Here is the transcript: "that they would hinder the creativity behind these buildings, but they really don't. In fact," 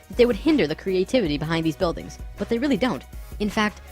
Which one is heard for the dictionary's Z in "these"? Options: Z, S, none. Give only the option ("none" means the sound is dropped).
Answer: Z